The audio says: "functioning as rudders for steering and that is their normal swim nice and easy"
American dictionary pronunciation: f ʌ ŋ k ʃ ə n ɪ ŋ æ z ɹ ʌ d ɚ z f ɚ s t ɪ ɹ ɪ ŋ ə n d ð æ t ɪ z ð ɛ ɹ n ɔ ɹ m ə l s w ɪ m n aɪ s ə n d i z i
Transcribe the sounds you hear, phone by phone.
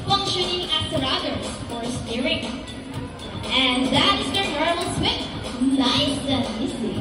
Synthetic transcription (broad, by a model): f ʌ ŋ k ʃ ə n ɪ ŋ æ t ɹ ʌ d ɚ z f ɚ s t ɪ ɹ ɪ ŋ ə n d ð æ t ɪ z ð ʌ ɹ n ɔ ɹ ə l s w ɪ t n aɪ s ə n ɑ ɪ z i